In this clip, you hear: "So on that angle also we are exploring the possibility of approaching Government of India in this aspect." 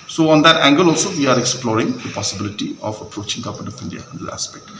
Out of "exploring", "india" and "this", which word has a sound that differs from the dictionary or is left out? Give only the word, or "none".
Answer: this